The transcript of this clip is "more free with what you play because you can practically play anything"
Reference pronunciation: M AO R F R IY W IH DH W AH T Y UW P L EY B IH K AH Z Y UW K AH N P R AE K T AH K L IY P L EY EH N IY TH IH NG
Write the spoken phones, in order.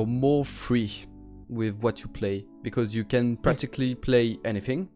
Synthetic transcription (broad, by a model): M AO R F R IY W IH DH W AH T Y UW P L EY B IH K AH Z Y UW K AH N P R AE K T AH K L IY P L EY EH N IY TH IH NG